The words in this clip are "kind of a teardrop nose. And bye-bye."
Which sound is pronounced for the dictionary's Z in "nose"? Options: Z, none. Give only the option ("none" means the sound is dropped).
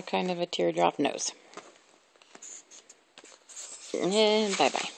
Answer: none